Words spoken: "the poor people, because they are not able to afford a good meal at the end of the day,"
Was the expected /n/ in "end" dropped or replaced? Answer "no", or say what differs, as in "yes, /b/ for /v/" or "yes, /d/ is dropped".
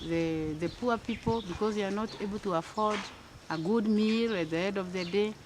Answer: yes, /n/ is dropped